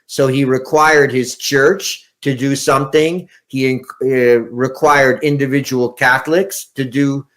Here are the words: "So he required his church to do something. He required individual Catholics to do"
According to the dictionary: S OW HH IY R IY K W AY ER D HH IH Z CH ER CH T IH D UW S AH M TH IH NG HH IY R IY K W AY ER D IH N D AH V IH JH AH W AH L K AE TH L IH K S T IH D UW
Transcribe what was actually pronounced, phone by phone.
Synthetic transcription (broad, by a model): S OW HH IY R IY K W AY ER D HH IH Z CH ER CH T IH D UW S AH M TH IH NG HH IY R IY K W AY ER D IH N D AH V IH JH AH W L K AE TH L IH K S T IH D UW